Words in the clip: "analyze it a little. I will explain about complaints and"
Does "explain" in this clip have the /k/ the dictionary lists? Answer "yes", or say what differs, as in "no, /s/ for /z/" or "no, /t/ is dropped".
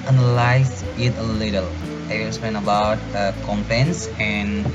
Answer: no, /k/ is dropped